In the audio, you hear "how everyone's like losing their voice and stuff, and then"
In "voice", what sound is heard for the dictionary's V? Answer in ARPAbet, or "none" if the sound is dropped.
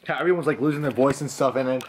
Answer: V